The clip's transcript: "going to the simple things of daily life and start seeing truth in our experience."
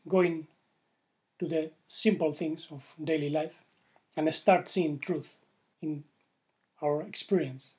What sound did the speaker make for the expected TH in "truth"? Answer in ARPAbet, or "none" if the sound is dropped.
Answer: TH